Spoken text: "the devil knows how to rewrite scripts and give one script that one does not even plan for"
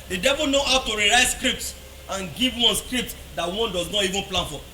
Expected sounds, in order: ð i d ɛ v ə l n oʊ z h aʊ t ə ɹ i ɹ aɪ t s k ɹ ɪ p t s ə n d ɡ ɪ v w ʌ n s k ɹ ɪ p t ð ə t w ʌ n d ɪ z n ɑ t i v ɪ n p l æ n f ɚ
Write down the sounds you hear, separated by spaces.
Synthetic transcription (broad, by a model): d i d ɛ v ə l n oʊ h aʊ t ə ɹ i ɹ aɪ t s k ɹ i p t s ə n ɡ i v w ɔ n s k ɹ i p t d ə t w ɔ n d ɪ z n ɑ t i v ɪ n p l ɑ n f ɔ